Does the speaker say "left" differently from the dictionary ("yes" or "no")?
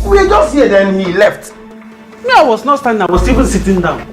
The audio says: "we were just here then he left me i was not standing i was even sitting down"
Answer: no